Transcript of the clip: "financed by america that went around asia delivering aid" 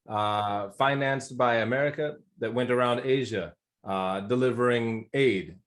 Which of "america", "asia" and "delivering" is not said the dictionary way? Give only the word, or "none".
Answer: none